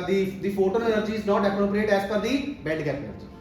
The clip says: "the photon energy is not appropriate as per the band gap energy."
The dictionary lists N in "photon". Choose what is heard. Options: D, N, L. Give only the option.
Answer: L